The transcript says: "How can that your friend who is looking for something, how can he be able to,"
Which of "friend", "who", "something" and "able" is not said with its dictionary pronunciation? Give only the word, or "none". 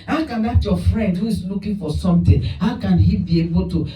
something